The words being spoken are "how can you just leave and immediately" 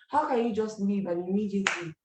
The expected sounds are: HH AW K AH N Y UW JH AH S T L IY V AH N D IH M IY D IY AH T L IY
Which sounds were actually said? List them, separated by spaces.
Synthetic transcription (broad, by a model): HH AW K AH N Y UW JH AH S T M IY B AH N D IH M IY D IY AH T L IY